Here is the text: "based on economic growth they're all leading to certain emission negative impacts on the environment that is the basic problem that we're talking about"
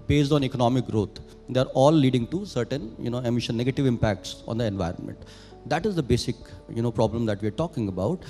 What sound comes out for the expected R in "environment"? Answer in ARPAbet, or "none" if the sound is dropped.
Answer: R